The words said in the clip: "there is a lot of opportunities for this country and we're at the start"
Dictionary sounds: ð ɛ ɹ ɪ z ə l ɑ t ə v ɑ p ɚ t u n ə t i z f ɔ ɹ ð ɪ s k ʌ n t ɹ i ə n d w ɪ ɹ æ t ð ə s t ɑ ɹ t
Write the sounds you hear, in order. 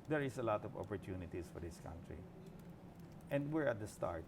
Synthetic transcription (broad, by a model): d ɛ ɹ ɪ s ə l ɑ t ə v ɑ p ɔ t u n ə t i s f ɔ ɹ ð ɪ s k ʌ n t ɹ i ə n d w ɪ ɹ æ t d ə s t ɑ ɹ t